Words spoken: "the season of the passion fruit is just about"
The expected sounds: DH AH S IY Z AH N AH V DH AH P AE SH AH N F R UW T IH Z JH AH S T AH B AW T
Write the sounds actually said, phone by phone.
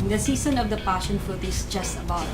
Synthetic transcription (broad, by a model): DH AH S IY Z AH N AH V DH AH P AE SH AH N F UW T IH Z JH AH S T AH B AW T